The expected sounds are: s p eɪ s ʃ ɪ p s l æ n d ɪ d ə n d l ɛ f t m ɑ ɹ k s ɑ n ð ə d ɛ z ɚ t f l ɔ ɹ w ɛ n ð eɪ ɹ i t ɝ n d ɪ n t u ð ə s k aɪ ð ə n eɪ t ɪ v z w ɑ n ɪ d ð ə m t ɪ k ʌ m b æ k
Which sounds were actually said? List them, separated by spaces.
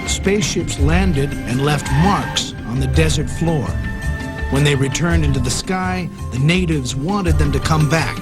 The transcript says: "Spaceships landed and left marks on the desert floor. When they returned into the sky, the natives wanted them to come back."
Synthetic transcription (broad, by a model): s p eɪ s ʃ ɪ p s l æ n d ɪ d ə n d l ɛ f t m ɑ ɹ k s n ð ə d ɛ z ɚ t f l ɔ ɹ w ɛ n ð eɪ ɹ i t ɝ n d ɪ n t u ð ə s k aɪ ð ə n eɪ t ɪ v z w ɑ n ɪ d ð ə m t ɪ k ʌ m b æ k